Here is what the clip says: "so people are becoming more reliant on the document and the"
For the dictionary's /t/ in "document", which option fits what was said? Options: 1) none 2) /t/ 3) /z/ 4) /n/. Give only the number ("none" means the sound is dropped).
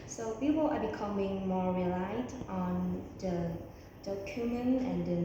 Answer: 1